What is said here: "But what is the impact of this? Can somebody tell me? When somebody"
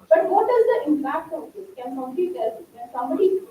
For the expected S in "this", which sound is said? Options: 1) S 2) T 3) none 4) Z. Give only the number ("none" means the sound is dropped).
3